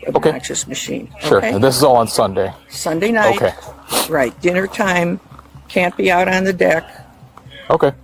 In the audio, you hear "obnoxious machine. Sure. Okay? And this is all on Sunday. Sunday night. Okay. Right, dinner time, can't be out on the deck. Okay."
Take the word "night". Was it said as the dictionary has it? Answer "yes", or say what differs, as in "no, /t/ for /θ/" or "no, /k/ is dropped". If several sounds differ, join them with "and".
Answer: no, /t/ is dropped